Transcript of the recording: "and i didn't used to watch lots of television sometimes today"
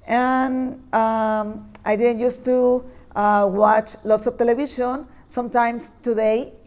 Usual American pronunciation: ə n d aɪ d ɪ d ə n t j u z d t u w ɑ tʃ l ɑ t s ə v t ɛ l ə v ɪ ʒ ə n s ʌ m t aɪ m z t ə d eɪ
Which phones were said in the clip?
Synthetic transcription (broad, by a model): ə n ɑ aɪ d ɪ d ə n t j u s t u w ɑ tʃ l ɑ t s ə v t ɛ l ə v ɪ ʃ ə n s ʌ m t aɪ m s t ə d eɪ